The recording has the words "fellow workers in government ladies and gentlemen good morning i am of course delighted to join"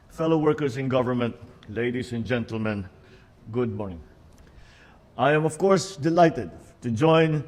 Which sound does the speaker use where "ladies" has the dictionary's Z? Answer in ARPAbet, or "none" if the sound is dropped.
S